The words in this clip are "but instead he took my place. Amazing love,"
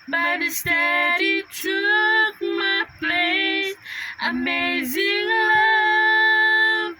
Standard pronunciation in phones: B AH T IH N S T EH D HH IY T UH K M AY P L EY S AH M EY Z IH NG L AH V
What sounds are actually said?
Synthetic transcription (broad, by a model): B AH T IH S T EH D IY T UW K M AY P L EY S AH M EY Z IH NG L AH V